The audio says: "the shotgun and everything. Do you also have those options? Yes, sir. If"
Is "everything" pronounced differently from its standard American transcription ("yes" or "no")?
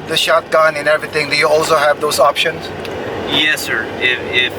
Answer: yes